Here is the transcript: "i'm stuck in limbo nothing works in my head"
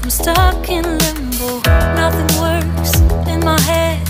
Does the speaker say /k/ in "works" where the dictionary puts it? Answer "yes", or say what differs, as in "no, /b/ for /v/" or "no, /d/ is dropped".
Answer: no, /k/ is dropped